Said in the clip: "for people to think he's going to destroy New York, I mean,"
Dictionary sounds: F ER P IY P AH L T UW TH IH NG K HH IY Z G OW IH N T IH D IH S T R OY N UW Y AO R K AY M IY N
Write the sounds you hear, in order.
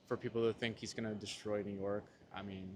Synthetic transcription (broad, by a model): F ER P IY P L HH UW TH IH NG K HH IY Z G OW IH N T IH D IH S T R OY N UW Y AO R K AY M IY N